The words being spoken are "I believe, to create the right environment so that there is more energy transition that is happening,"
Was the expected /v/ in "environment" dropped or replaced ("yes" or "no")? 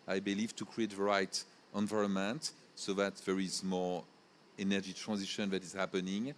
no